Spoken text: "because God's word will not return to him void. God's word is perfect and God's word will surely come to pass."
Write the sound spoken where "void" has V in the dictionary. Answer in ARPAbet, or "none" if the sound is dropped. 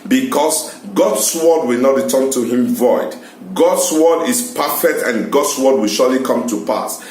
V